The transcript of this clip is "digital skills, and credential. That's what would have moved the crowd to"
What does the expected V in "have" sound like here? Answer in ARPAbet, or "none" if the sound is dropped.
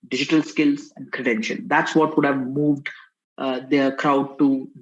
V